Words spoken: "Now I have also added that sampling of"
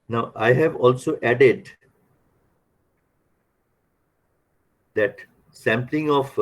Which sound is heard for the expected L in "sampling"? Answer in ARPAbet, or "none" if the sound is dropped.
L